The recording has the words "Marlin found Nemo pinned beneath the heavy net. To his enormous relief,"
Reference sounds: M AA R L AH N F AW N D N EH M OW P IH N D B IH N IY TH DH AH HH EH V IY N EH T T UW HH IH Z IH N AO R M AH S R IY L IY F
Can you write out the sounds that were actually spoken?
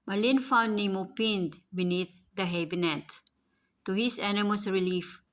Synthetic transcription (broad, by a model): M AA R L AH N F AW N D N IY M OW P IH N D B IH N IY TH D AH HH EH B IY N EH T T UW HH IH S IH N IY M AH S R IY L IY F